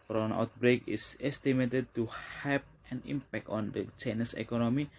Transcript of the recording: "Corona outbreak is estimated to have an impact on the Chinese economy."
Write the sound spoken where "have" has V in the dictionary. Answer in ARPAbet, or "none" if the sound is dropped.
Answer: P